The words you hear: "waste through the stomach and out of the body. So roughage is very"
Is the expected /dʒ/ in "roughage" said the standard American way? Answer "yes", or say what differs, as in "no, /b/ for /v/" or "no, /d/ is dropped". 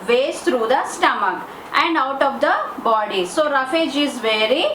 yes